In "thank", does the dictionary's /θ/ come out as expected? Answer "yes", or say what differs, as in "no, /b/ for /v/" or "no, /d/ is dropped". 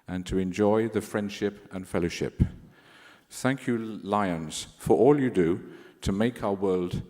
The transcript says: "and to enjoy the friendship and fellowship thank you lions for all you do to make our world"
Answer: yes